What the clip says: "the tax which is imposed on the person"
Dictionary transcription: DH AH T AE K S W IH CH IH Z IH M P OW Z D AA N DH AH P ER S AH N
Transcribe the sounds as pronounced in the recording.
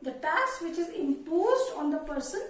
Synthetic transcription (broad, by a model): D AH T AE S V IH CH IH Z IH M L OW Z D AA N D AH P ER S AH N